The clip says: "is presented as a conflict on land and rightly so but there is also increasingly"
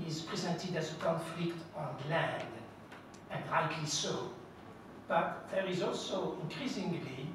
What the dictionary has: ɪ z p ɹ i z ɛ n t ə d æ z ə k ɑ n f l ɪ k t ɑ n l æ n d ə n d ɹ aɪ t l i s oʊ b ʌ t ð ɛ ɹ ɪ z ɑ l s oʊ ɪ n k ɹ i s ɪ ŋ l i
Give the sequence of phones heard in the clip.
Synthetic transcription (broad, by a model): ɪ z p ɹ i z ɛ n t ə d æ z ə k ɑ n f l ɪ k t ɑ n l æ n d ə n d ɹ aɪ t l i s oʊ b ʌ t ð ɛ ɹ ɪ z ɑ l s oʊ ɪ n k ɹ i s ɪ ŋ l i